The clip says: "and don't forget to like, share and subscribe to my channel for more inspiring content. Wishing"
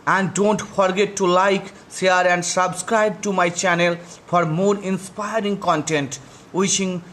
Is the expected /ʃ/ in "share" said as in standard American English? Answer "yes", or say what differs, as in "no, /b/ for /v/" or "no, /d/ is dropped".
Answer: no, /s/ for /ʃ/